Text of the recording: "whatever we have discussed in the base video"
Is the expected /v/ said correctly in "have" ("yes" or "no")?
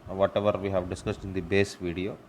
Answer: yes